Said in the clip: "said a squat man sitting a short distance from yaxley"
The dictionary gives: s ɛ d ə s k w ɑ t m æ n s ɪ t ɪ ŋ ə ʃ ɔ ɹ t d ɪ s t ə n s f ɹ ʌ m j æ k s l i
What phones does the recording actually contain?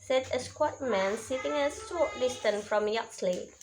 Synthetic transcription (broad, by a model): s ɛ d ə s k w ɑ t m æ n s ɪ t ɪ ŋ ə s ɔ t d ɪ s t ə n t f ɹ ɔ m j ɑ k s l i